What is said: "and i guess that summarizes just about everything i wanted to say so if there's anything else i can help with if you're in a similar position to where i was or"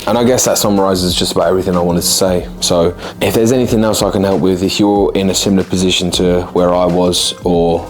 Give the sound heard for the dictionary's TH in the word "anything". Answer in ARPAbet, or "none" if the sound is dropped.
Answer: TH